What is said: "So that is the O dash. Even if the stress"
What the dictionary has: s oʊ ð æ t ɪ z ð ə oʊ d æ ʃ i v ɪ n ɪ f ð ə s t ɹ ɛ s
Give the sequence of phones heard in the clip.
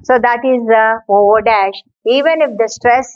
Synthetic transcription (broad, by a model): s oʊ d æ t ɪ z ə oʊ d æ ʃ i v ɪ n ɪ f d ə s t ɹ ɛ s